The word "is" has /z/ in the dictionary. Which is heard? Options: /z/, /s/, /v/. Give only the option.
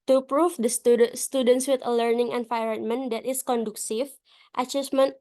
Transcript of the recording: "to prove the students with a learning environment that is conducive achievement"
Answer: /s/